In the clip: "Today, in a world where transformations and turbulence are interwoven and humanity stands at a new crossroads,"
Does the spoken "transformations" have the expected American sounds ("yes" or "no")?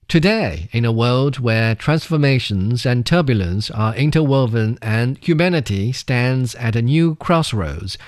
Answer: yes